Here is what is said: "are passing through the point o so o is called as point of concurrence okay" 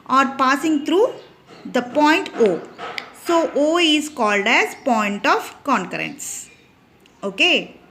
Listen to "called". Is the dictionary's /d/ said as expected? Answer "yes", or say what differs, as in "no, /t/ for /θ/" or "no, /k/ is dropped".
yes